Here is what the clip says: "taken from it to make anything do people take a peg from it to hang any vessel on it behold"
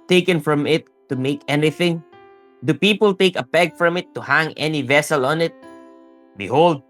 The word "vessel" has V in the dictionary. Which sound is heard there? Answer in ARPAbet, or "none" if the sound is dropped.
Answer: V